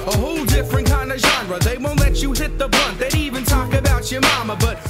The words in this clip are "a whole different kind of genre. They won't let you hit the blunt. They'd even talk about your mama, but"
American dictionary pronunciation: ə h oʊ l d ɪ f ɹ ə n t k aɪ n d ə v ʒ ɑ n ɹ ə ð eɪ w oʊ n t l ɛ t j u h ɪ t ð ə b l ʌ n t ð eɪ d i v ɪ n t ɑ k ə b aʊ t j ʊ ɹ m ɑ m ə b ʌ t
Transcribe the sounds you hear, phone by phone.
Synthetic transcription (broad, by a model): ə h oʊ l d ɪ f ɹ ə n k aɪ n d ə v ʒ ɑ n ɹ ə ð eɪ w oʊ n t l ɛ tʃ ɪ h ɪ t ð ə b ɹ ʌ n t ð eɪ d i v ɪ n t ɑ k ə b aʊ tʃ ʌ ɹ m ɑ m ə b ʌ t